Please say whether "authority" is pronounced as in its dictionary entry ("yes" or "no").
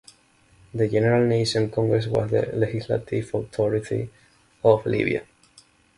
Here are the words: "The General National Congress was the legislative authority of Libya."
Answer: no